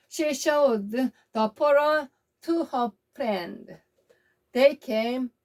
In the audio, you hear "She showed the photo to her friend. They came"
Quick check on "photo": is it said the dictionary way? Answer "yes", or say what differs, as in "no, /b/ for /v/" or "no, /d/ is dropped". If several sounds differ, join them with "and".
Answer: no, /p/ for /f/